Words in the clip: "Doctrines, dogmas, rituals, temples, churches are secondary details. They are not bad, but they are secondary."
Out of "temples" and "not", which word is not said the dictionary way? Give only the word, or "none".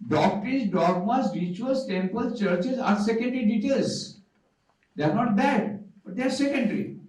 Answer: temples